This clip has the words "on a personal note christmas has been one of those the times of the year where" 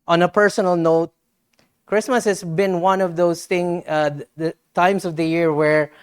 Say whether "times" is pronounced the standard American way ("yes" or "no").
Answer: no